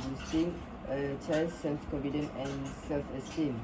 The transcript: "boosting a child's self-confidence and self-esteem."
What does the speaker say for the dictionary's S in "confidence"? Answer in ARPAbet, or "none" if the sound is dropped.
none